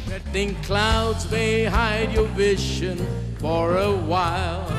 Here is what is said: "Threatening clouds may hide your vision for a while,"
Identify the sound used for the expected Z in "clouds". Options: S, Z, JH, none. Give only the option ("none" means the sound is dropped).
Z